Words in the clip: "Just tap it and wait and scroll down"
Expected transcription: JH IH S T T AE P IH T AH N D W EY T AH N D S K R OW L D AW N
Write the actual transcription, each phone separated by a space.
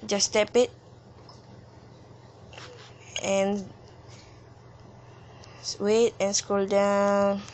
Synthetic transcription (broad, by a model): JH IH S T T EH P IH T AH N W EY T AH N S K OW L D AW N